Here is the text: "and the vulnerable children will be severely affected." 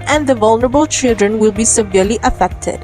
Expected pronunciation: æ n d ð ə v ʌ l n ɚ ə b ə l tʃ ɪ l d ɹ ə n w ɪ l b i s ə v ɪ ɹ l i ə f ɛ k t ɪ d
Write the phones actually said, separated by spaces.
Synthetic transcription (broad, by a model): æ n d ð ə v ʌ l n ɚ ə b ə l tʃ ɪ l d ɹ ə n w ɪ l b i s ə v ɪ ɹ l i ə f ɛ k t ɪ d